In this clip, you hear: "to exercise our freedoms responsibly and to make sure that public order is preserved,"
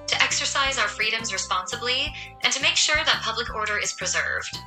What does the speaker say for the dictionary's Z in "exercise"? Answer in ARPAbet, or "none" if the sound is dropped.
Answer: Z